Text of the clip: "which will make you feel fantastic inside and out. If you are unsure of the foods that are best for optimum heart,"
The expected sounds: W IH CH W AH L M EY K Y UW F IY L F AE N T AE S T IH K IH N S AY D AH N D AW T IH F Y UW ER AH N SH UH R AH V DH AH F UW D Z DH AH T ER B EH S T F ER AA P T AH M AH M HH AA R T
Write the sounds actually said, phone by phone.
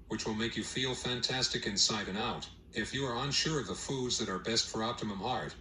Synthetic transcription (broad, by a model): W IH CH W AH L M EY K Y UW F IY L F AE N T AE S T IH K IH N S AY D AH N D AW T IH F Y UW ER AH N SH UH R AH V DH AH F UW D Z DH AH T ER B EH S T F ER AA P T AH M AH M HH AA R T